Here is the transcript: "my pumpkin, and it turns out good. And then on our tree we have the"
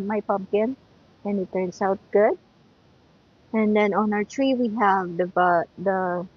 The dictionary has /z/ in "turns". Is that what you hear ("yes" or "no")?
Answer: no